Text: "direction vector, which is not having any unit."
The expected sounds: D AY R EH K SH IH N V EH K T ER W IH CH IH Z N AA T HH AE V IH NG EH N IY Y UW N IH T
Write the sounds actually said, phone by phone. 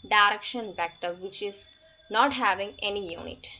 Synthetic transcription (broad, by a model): D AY R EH K SH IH N B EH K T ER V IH CH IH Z N AA T HH AE V IH NG EH N IY Y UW N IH T